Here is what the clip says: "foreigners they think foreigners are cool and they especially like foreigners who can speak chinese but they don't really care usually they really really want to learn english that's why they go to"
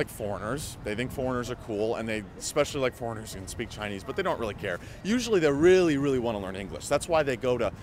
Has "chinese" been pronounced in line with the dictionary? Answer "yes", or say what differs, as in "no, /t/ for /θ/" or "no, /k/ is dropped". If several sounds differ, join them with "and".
yes